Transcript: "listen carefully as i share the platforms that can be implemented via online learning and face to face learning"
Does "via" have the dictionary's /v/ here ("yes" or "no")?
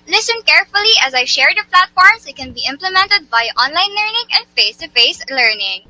no